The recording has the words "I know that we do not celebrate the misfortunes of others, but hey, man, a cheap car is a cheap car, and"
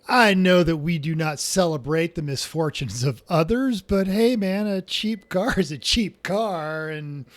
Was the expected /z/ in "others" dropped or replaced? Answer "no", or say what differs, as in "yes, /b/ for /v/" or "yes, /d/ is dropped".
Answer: no